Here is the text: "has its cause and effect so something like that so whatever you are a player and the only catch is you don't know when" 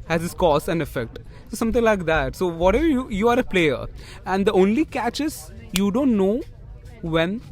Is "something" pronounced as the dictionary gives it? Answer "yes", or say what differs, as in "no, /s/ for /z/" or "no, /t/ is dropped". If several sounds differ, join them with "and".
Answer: no, /t/ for /θ/